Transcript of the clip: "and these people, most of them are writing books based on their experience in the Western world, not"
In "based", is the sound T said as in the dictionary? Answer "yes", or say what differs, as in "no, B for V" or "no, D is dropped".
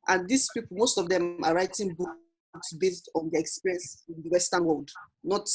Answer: yes